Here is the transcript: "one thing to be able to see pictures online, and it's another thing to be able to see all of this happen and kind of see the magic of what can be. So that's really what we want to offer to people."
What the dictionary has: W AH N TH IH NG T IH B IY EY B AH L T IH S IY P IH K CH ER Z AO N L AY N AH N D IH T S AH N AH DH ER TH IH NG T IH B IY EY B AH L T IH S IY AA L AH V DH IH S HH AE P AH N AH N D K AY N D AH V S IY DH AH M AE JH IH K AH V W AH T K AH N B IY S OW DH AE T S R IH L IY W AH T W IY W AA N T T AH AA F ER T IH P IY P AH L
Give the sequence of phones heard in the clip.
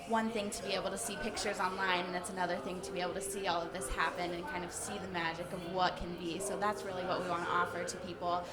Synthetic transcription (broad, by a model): W AH N TH IH NG T IH B IY EY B L T IH S IY P IH K CH ER Z AO N L AY N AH N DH IH T S AH N AH DH ER TH IH NG T IH B IY EY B L T IH S IY AA L AH V DH IH S HH AE P AH N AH N K AY N D AH V S IY DH AH M AE JH IH K AH V W AH T K AH N B IY S OW DH AE T S R IH L IY W AH T W IY W AA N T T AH AA F ER T IH P IY P L